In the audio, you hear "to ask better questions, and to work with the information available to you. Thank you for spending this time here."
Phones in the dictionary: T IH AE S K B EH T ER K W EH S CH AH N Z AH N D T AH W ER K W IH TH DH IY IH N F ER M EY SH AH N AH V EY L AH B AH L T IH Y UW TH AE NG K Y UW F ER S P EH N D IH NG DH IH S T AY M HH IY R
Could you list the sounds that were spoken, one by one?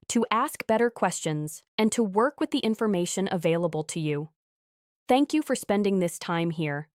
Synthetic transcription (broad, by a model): T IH AE S K B EH T ER K W EH S CH AH N Z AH N T AH W ER K W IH DH IY IH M F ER M EY SH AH N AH V EY L AH B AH L T IH Y UW TH AE NG K Y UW F ER S P EH N D IH NG DH IH S T AY M HH IY R